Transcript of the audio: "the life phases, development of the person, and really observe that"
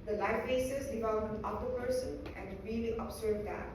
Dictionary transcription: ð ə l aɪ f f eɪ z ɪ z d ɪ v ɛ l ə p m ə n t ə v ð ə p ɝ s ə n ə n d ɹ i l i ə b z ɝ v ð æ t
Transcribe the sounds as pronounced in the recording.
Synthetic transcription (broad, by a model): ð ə l aɪ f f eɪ s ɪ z d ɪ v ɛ l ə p ə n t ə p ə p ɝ s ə n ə n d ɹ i l i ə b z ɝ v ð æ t